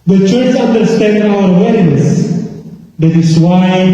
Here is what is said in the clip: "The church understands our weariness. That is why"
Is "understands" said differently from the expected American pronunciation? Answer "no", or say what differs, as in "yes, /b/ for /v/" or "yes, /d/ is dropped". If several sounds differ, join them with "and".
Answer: yes, /z/ is dropped